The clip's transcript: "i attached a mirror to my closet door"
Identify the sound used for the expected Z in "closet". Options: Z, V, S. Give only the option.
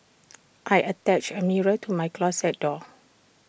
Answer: S